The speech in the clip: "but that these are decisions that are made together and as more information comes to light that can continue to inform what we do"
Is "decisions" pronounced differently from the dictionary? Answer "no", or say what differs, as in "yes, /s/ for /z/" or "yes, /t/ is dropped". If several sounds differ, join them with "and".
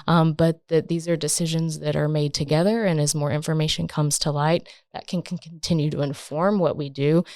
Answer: no